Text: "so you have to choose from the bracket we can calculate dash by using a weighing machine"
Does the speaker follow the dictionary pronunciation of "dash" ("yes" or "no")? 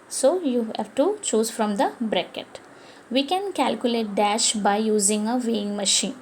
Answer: yes